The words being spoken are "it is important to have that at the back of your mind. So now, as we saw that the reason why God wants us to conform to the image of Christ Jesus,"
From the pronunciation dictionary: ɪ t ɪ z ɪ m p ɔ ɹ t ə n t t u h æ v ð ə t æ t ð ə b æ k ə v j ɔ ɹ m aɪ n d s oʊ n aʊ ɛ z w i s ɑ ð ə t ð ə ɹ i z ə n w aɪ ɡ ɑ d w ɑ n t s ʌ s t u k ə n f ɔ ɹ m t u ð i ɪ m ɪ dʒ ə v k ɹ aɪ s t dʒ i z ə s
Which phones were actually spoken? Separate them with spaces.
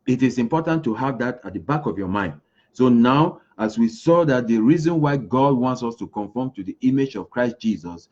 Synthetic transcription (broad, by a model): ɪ t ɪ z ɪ m p ɔ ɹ t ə n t t u h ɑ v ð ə t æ t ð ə b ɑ k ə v j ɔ m aɪ n d s oʊ n aʊ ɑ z w i s ɑ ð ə t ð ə ɹ i z ə n w aɪ ɡ ɑ d w ɑ n t s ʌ s t u k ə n f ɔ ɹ m t u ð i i m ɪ dʒ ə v k ɹ aɪ s t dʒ i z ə s